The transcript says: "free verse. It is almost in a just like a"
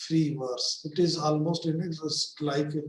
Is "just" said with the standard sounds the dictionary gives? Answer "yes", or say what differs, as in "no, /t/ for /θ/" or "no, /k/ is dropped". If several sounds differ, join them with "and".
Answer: no, /z/ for /dʒ/